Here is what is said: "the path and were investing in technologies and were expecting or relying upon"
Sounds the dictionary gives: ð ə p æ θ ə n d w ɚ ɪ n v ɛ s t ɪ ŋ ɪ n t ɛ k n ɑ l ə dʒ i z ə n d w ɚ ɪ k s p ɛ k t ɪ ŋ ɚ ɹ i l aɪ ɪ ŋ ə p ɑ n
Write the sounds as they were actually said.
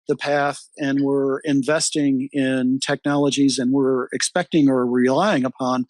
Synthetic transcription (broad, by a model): ð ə p æ θ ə n w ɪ ɪ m v ɛ s t ɪ ŋ ɪ n t ɛ k n ɑ l ə dʒ i z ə n w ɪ ɪ k s p ɛ k t ɪ ŋ ɚ ɹ i l aɪ ɪ ŋ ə p ɑ n